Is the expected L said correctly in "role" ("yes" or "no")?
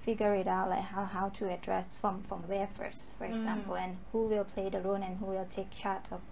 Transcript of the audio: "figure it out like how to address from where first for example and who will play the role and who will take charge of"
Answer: no